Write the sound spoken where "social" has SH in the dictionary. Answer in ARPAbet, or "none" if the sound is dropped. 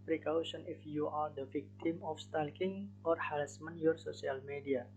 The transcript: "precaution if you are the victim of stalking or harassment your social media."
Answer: S